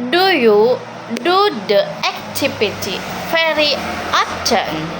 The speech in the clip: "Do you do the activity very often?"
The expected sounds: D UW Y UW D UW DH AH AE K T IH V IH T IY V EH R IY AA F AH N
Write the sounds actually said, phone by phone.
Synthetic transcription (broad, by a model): D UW Y UW D UW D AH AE K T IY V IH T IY F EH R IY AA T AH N